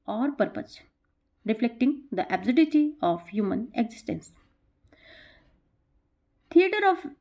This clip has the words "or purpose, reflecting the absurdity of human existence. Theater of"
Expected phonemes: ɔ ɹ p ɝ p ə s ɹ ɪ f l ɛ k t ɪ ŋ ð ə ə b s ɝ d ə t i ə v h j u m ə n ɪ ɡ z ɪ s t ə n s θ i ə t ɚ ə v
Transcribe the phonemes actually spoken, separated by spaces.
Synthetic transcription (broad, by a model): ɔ ɹ p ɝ p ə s ɹ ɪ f l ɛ k t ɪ ŋ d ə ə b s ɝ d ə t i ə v h j u m ə n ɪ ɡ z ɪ s t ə n s t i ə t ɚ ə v